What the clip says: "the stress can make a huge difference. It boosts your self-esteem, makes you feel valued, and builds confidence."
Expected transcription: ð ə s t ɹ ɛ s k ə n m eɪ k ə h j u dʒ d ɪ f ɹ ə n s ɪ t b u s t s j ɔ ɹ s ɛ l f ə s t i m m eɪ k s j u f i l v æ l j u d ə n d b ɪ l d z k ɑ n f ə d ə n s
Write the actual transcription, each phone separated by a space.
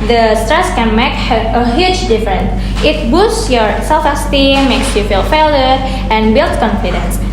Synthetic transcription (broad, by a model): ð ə s t ɹ ɛ s k ə n m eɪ k ə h j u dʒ d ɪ f ɹ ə n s ɪ t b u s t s j ɔ ɹ s ɛ l f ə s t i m m eɪ k s j u f i l f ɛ l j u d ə n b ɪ l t k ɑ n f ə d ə n s